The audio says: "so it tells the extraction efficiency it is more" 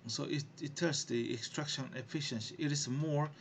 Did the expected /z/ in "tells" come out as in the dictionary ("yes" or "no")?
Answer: no